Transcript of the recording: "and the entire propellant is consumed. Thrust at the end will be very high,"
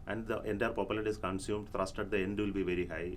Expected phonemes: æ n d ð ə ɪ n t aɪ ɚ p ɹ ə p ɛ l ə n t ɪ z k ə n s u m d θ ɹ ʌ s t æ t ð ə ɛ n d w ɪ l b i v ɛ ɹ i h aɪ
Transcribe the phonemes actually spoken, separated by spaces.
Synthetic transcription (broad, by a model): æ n d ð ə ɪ n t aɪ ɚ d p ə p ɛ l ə t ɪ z k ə n s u m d t ɹ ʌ s t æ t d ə ɛ n d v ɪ l b i v ɛ ɹ i h aɪ